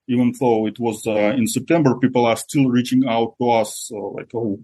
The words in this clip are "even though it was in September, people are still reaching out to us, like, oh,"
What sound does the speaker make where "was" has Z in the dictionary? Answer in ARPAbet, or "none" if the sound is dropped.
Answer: Z